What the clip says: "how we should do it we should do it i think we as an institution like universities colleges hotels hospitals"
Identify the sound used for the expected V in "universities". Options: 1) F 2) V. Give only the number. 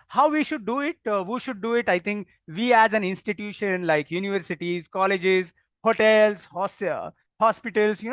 2